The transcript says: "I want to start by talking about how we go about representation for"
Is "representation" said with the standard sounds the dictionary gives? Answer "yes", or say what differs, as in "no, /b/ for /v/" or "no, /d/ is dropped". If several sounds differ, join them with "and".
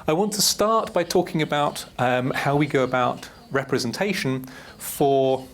yes